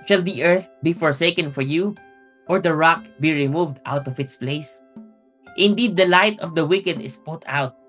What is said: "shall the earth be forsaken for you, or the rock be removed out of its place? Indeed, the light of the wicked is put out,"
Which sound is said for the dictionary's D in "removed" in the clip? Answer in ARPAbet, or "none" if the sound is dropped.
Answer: D